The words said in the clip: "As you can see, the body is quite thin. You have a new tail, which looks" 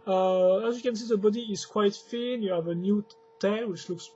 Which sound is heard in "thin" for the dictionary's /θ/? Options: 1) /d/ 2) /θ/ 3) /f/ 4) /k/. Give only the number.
3